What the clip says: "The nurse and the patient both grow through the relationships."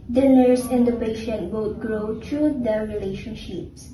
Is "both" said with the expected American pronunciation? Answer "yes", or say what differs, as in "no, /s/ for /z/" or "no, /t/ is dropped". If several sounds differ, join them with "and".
no, /t/ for /θ/